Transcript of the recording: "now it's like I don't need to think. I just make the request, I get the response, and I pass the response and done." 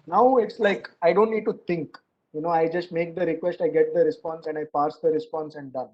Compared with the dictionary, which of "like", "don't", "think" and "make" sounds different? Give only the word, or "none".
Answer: think